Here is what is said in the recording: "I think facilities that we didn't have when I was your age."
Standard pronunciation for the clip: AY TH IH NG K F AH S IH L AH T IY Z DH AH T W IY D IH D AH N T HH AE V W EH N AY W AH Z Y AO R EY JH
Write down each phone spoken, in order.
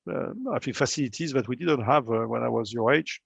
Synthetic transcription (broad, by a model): AY F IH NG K F AH S IH L AH T IY Z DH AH T W IY D IH D AH N T HH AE V W EH N AY W AH Z Y AO R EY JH